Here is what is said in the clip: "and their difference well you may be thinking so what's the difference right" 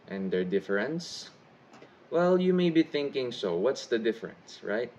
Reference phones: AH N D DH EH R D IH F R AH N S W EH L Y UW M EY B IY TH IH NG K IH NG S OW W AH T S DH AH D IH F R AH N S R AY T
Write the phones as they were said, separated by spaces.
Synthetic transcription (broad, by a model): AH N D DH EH R D IH F R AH N S W EH L Y UW M EY B IY TH IH NG K IH NG S OW W AH T S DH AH D IH F R AH N S R AY T